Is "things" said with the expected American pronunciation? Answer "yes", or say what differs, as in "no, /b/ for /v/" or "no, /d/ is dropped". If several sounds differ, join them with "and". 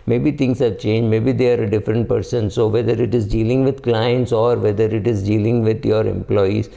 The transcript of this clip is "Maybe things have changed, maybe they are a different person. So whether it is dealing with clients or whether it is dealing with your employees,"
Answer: no, /t/ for /θ/